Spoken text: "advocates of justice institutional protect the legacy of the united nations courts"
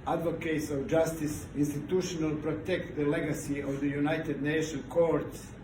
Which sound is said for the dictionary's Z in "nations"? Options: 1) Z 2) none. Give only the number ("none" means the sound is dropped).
2